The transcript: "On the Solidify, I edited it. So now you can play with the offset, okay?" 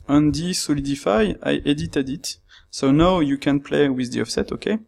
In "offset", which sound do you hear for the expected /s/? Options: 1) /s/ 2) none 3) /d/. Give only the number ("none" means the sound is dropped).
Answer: 1